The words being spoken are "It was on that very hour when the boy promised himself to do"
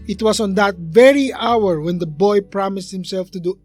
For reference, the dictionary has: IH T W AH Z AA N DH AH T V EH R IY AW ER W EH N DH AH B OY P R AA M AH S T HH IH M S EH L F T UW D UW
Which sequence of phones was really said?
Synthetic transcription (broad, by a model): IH T W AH S AA N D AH T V EH R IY AW ER W EH N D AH B OY P R AA M AH S T HH IH M S EH L F T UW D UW